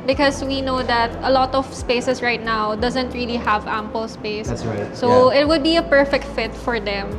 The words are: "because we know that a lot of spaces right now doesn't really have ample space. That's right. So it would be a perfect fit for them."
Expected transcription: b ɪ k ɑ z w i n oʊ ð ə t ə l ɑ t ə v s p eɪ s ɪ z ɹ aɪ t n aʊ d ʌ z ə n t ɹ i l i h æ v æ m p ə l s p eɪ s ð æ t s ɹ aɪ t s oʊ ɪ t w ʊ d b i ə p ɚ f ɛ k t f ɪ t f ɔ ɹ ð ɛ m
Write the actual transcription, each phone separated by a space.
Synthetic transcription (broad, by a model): b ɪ k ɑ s w i n oʊ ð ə t ə l ɑ t ə v s p eɪ s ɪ s ɹ aɪ t n aʊ d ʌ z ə n t ɹ i l i h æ v æ m p ə l s p eɪ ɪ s s oʊ ɪ t w ʊ d b i ə p ɚ f ɛ k t f ɪ t f ɔ ɹ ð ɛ m